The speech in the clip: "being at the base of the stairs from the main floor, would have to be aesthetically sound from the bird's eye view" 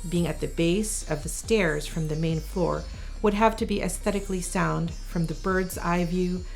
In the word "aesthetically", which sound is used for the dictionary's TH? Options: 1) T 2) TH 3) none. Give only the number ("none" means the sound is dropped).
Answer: 2